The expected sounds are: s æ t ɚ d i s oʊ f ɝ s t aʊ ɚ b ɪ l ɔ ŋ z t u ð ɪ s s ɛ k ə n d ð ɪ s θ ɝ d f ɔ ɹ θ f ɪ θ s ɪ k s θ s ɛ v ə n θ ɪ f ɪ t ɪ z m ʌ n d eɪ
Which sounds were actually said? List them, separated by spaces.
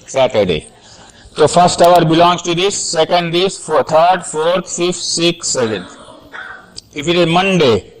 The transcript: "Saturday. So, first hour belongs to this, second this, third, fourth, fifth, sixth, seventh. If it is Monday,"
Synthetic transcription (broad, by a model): s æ t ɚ d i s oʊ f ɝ s t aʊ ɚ b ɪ l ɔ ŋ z t u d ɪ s s ɛ k ə n d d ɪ s t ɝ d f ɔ ɹ t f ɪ f s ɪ k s s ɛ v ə n ɪ f ɪ t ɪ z m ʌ n d eɪ